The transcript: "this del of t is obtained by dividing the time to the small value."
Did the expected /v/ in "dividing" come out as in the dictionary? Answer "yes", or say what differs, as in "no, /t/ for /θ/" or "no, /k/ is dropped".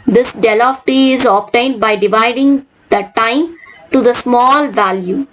yes